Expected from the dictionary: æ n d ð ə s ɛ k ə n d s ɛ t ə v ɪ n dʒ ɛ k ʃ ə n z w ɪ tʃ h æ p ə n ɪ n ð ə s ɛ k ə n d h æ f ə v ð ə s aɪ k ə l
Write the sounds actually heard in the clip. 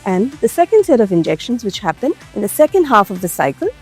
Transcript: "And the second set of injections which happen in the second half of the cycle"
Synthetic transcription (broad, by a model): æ n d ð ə s ɛ k ə n d s ɛ t ə v ɪ n dʒ ɛ k ʃ ə n z w ɪ tʃ h æ p ə n ɪ n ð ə s ɛ k ə n d h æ f ə v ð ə s aɪ k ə l